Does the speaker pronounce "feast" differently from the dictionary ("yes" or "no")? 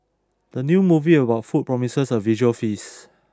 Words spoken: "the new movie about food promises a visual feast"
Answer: yes